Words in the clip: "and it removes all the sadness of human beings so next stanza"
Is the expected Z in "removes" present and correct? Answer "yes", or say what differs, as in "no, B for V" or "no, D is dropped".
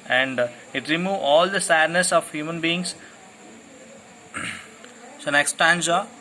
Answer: no, Z is dropped